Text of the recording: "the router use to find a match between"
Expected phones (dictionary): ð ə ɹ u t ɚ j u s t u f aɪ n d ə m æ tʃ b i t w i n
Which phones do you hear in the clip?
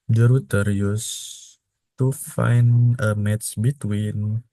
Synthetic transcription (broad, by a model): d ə ɹ u t ɚ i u s t u f aɪ n ə m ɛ s b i t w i n